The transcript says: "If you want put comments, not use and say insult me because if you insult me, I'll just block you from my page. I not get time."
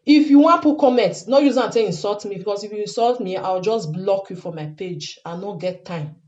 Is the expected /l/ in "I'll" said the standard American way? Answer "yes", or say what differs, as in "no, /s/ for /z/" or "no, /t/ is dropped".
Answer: no, /w/ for /l/